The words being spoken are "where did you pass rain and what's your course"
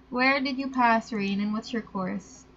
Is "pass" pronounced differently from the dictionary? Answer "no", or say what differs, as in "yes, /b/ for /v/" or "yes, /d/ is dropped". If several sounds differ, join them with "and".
no